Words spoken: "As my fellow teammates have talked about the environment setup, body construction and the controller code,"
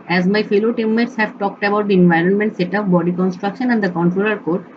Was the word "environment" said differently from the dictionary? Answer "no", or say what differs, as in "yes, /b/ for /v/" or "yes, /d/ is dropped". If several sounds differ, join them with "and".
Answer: no